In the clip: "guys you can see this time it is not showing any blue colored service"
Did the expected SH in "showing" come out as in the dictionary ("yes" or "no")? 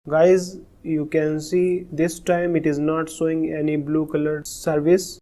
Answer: no